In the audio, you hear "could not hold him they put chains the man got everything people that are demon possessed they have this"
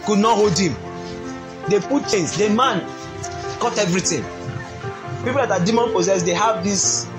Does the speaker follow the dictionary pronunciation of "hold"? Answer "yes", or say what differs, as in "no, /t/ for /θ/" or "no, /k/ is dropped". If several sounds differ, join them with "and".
yes